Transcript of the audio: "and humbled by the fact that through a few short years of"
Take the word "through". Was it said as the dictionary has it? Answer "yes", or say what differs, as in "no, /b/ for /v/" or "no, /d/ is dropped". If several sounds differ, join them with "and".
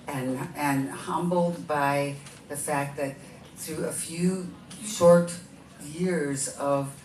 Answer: yes